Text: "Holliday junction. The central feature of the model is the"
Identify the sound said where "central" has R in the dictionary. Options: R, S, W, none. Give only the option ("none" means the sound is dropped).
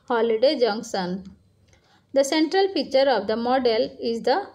R